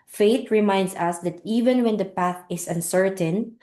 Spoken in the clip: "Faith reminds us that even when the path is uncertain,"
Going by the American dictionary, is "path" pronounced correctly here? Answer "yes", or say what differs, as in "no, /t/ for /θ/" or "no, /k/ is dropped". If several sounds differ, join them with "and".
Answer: yes